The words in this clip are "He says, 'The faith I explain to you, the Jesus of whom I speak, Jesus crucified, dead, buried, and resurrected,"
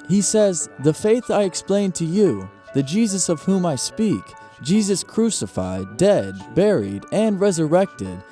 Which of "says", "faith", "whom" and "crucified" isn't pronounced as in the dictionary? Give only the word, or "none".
none